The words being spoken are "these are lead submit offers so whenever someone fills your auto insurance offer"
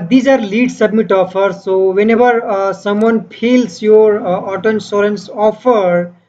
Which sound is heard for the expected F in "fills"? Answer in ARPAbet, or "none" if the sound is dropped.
P